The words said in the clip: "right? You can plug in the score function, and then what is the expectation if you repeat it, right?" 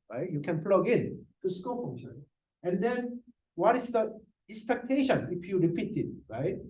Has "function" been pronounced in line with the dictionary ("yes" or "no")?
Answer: no